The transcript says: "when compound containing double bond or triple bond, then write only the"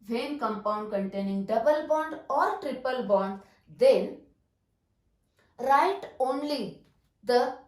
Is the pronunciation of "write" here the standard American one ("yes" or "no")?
yes